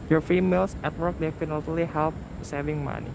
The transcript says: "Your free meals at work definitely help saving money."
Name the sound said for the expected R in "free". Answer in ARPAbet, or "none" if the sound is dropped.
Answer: none